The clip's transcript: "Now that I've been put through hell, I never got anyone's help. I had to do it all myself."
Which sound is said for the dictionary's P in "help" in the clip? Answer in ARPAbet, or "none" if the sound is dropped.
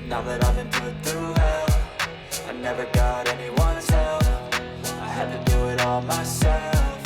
F